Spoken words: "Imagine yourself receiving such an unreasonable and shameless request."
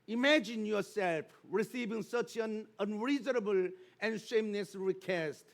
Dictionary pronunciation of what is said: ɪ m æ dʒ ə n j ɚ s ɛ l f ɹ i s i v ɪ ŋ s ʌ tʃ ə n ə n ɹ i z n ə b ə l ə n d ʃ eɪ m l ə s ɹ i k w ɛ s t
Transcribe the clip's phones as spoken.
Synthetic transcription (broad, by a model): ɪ m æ dʒ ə n j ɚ s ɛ l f ɹ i s i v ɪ ŋ s ʌ tʃ ə n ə n ɹ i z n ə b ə l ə n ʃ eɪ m n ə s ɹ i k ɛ s t